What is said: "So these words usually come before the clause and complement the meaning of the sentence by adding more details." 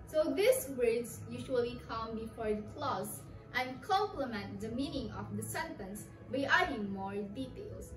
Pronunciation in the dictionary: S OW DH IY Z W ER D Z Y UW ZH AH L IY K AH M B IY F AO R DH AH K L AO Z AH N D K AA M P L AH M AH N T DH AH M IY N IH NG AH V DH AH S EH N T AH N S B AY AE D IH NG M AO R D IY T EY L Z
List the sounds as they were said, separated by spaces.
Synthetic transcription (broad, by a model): S OW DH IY S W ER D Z Y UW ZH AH L IY K AH M B IY F AO R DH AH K L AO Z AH N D K AA M P L AH M AH N T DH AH M IY N IH NG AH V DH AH S EH N T AH N S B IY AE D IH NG M AO R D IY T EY L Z